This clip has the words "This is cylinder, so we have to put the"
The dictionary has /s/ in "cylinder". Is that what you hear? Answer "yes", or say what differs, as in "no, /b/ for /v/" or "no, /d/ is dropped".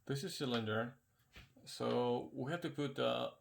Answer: yes